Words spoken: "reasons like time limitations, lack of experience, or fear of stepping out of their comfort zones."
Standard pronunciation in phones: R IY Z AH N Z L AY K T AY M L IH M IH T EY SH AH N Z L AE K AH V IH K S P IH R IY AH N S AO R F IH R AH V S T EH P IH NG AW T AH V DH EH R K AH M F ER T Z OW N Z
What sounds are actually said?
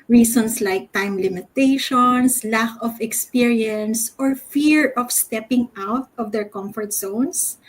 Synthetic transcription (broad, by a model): R IY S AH N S L AY K T AY M L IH M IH T EY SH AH N S L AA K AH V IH K S P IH R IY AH N S AO R F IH R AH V S T EH P IH NG AW T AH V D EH R K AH M F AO T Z OW N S